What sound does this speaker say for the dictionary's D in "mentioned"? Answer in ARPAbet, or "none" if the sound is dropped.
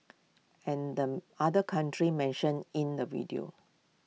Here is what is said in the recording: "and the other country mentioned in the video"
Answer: none